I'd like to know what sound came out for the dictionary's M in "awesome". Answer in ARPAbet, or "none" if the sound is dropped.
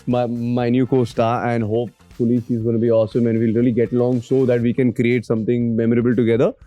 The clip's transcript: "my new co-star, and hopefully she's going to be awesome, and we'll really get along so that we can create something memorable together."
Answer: M